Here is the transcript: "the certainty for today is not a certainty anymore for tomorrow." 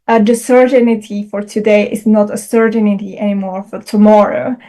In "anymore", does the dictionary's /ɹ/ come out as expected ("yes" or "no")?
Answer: yes